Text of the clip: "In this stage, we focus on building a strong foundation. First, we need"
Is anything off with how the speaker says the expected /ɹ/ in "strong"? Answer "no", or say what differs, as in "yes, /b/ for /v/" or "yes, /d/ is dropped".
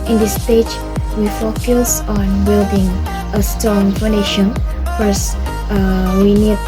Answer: yes, /ɹ/ is dropped